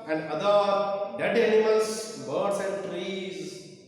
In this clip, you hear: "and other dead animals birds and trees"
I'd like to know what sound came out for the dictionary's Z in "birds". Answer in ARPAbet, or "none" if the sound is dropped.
S